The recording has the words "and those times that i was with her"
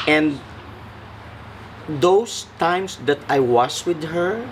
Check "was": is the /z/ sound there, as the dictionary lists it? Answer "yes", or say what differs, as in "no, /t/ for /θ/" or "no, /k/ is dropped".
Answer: no, /s/ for /z/